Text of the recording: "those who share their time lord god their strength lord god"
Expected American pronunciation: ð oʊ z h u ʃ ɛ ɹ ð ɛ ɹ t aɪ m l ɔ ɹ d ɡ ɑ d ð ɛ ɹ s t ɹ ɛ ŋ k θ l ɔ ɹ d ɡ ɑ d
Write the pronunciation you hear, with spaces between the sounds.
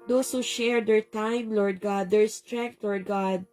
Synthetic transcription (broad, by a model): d oʊ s h u ʃ ɛ ɹ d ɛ ɹ t aɪ m l ɔ ɹ d ɡ ɑ d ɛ ɹ s t ɹ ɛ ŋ k t l ɔ ɹ d ɡ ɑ d